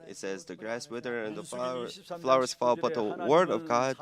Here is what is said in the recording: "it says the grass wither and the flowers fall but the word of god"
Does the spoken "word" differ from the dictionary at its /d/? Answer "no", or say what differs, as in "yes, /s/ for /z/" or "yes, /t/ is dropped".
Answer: no